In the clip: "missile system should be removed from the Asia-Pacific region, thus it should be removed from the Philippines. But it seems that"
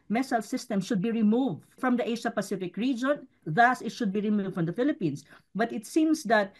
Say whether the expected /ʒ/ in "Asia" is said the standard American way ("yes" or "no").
no